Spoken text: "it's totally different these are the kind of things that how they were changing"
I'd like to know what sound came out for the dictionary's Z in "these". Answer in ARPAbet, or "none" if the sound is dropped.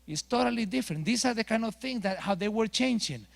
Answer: S